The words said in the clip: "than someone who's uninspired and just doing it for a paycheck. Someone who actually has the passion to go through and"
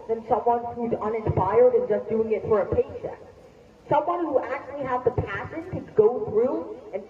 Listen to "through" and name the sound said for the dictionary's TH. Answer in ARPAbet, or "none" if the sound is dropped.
TH